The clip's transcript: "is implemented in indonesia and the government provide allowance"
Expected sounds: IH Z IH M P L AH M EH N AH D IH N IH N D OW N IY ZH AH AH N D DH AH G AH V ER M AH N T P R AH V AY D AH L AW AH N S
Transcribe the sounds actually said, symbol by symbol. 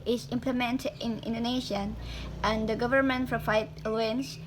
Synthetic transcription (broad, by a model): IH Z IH M P L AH M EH N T IH N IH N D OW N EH SH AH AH N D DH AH G AH V ER M AH N T F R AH F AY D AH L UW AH N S